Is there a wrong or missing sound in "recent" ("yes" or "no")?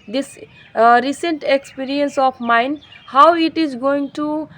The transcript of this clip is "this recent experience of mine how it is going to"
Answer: no